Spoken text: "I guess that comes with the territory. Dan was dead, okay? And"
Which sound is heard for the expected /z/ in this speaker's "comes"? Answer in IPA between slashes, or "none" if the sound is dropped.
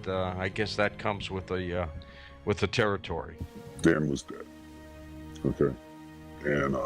/z/